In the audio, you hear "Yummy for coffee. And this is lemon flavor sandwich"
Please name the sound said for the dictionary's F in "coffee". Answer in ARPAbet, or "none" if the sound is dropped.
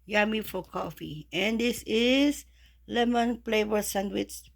F